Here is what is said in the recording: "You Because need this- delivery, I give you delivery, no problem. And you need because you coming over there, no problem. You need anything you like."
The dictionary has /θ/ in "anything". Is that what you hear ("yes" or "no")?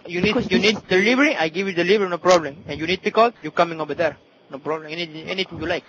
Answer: no